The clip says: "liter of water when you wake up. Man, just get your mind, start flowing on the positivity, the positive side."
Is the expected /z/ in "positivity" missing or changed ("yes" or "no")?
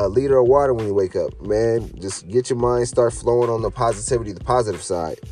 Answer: no